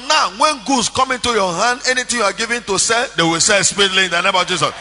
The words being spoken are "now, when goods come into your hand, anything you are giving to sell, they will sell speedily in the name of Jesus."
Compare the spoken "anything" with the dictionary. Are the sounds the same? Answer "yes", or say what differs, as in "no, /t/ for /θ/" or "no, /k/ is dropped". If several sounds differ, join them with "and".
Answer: no, /t/ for /θ/